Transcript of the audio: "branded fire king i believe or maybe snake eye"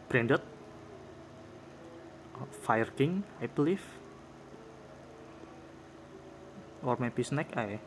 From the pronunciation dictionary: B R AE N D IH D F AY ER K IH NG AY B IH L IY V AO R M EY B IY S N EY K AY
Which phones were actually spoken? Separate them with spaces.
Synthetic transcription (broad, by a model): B R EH N D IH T F AY ER K IH NG AY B L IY F AO R M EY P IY S N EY K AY